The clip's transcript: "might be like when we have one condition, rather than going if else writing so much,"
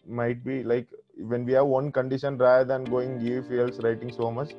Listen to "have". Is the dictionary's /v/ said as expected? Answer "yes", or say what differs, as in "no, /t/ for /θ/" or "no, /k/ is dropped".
yes